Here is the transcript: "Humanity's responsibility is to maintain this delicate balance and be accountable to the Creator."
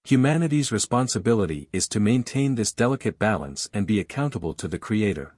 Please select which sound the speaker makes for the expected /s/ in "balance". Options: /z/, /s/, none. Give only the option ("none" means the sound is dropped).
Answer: /s/